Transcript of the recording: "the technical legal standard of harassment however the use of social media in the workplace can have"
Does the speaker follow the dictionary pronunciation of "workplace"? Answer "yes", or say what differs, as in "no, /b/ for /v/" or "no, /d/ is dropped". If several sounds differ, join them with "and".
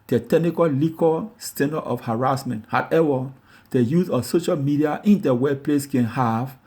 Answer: no, /k/ is dropped